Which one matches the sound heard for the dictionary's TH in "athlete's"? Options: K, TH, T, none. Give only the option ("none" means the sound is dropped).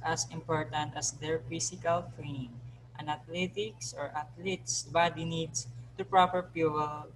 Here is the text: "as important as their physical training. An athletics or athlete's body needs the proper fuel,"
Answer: T